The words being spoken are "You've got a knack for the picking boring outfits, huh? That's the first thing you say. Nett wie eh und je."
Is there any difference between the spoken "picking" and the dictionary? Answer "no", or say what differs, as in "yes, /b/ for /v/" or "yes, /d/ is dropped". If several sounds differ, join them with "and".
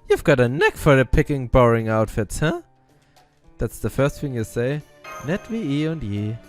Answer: no